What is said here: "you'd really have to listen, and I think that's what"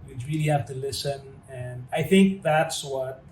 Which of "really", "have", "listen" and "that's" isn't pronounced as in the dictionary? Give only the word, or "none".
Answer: have